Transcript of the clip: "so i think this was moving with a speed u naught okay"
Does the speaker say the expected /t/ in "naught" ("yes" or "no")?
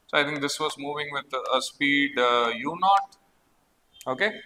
yes